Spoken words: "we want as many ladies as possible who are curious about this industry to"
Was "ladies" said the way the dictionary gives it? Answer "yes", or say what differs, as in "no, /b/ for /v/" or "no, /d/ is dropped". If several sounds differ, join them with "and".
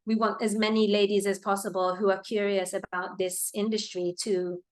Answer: yes